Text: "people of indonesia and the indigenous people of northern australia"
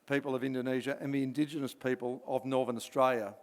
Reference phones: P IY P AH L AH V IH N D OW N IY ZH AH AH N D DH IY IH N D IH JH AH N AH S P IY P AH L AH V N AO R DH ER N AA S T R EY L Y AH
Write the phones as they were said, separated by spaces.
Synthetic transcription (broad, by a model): P IY P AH L AH V IH N D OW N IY ZH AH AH N DH IY IH N D IH JH AH N AH S P IY P AH L AH V N AO R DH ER N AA S T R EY L Y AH